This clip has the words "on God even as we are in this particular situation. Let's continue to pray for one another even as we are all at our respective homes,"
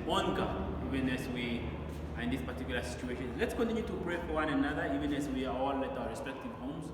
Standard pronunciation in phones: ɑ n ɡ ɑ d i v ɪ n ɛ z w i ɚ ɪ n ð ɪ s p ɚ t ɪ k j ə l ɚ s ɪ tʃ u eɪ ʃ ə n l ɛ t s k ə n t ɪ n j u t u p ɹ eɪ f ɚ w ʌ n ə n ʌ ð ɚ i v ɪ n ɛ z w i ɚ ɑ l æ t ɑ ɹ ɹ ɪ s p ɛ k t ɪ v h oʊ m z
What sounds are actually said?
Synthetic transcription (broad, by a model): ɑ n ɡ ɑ i v ɪ n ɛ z w i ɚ ɪ n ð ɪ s p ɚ t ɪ k j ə l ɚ s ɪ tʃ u eɪ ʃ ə n l ɛ t s k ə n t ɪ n j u t u p ɹ eɪ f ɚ w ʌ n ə n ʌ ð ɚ i v ɪ n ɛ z w i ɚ ɑ l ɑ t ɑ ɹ ɹ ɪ s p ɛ k t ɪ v h oʊ m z